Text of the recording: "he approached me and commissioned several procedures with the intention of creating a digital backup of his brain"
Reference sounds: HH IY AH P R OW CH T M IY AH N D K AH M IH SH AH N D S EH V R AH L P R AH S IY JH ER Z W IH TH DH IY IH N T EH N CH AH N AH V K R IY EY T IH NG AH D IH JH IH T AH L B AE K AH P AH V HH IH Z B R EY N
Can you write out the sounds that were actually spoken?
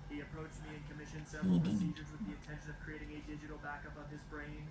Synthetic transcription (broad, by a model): HH IY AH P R OW CH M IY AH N K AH M IH SH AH N S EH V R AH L P R AH S IY JH ER Z W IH DH IY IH N T EH N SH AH N AH V K R IY EY T IH NG AH D IH JH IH T L B AE K AH P AH V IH Z B R EY N